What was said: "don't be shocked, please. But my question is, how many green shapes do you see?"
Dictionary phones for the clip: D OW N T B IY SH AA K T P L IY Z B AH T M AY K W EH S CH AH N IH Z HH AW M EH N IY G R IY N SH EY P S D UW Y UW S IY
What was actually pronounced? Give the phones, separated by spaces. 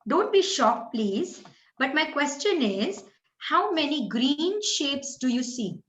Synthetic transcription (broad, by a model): D OW N T B IY SH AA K P L IY Z B AH T M AY K W EH S CH AH N IH Z HH AW M EH N IY G R IY N SH EY P S D UW Y UW S IY